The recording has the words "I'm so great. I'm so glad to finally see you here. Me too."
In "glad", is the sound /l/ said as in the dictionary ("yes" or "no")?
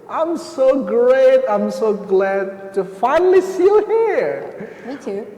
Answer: yes